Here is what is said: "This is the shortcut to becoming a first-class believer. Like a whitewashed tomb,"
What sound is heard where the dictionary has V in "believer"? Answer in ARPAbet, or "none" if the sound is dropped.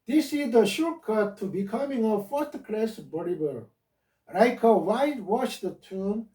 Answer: B